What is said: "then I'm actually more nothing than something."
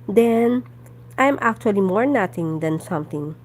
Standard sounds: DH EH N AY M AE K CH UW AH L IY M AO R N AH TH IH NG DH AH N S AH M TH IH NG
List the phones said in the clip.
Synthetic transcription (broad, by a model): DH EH N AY M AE K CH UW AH L IY M AO R N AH T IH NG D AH N S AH M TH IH NG